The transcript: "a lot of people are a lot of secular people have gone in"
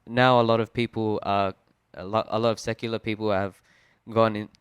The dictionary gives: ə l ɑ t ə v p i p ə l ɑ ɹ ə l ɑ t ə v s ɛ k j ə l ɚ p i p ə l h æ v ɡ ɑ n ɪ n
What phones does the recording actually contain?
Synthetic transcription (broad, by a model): ə l ɑ t ə v p i p ə l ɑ l ə l ɑ t ə v s ɛ k j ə l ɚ p i p ə l h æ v ɡ ɑ n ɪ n